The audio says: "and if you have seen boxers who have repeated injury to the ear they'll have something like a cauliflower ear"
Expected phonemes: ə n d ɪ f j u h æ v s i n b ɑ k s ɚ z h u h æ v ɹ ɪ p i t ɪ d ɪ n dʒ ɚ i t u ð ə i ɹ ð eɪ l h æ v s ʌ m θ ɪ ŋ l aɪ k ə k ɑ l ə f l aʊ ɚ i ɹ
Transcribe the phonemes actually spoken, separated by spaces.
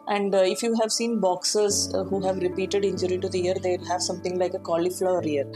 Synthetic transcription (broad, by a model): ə n d ɪ f j u h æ v s i n b ɑ k s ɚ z h u h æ v ɹ ɪ p i t ɪ d ɪ n dʒ ɚ i t u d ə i ɹ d eɪ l h æ v s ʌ m t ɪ ŋ l aɪ k ə k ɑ l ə f l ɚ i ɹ